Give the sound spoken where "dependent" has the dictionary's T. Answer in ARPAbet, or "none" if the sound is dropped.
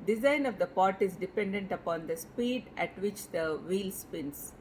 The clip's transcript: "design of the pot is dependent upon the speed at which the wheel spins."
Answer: T